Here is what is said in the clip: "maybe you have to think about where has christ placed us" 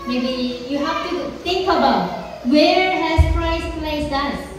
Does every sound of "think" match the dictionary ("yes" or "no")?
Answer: yes